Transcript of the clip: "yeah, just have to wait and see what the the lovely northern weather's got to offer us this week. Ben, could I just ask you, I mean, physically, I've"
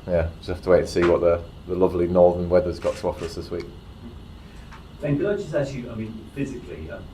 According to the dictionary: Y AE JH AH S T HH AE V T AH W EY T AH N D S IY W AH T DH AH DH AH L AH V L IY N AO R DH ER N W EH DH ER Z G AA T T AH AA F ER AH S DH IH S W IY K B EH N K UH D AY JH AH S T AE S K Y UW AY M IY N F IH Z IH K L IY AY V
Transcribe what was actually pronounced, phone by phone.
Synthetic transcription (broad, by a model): Y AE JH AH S HH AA F T AH W EY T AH S IY W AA T DH AH DH AH L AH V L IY N AO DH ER N W EH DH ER Z G AA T T AH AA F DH AH S DH IH S W IY K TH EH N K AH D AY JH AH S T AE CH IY AY M IY N F IH Z IH K L IY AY